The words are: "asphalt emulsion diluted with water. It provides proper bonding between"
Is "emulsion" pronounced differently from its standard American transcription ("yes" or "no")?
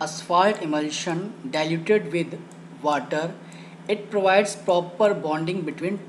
no